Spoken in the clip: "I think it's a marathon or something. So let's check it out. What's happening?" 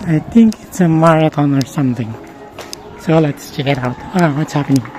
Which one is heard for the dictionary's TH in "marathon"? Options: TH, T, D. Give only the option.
T